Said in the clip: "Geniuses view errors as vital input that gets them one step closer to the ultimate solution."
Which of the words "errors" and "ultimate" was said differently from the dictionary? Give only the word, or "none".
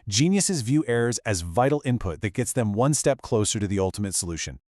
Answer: none